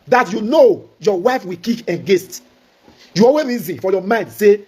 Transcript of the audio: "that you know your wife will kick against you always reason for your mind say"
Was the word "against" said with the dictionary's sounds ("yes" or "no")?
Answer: no